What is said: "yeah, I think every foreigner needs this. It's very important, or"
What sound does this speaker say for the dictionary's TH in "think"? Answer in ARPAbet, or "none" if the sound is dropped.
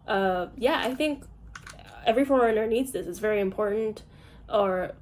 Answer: TH